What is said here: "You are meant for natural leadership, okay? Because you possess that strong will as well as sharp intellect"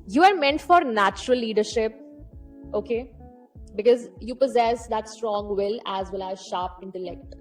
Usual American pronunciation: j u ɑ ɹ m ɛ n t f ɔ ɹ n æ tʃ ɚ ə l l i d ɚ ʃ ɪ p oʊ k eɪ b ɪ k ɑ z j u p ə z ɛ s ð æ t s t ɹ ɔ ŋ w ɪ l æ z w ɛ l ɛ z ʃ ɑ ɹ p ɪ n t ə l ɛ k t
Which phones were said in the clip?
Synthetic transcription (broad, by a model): j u ɑ ɹ m ɛ n t f ɔ ɹ n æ tʃ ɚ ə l l i d ɚ ʃ ɪ p oʊ k eɪ b ɪ k ɑ z j u p ə z ɛ s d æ t s t ɹ ɔ ŋ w ɪ l æ z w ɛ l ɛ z ʃ ɑ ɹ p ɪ n t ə l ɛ k t